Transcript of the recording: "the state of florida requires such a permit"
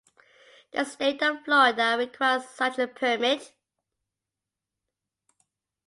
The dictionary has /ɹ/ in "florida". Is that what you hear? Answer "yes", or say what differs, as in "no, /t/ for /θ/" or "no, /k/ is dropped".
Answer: no, /ɹ/ is dropped